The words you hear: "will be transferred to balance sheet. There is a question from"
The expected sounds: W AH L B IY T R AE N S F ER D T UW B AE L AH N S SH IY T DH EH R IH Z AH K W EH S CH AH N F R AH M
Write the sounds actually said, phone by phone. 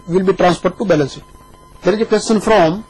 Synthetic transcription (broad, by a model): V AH L B IY T R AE N S P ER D T UW B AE L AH N S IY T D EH R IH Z AH K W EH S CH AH N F R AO M